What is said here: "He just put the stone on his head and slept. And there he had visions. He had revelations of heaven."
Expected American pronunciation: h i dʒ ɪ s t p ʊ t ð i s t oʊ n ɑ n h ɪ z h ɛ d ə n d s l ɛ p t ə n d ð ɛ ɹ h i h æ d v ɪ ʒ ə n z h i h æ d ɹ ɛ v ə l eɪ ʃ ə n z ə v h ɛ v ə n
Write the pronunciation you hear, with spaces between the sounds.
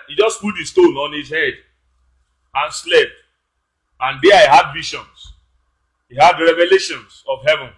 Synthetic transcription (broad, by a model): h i dʒ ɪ s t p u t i s t oʊ n ɑ n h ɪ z h ɛ d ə n s l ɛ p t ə n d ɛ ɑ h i h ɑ d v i ʃ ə n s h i h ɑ d ɹ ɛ v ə l eɪ ʃ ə n s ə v h ɛ v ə n